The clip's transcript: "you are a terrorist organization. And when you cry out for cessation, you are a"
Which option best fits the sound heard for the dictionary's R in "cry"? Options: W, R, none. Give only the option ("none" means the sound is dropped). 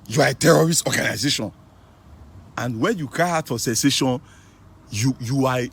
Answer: none